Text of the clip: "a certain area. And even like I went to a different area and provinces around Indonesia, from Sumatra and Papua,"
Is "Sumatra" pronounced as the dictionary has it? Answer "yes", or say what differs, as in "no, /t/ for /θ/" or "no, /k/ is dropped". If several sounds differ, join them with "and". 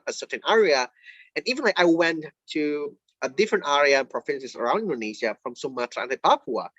no, /ɹ/ is dropped